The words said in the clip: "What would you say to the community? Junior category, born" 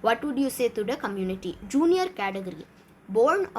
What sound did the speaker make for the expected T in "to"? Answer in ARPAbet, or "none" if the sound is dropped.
T